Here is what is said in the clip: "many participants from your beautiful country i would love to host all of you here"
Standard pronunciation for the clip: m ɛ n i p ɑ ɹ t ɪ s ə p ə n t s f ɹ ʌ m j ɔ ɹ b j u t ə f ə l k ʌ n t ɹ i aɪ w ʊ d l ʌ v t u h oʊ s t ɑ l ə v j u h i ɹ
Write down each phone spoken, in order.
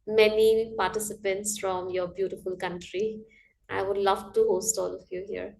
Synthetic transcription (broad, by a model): m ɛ n i p ɑ ɹ t ɪ s ə p ə n t s f ɹ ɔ m j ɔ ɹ b j u t ə f ə l k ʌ n t ɹ i aɪ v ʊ d l ʌ v t u h oʊ s t ɑ l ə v j u h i ɹ